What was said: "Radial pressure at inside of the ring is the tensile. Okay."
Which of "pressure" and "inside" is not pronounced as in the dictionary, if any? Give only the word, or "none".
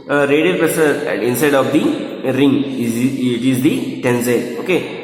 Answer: pressure